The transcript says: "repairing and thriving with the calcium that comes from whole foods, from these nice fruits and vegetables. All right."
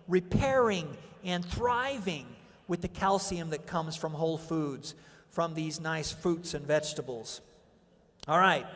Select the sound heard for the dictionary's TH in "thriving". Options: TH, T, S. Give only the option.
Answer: TH